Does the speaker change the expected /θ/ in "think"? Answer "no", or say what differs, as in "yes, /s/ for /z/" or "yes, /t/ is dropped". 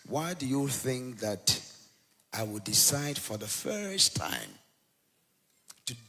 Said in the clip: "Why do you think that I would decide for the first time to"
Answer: no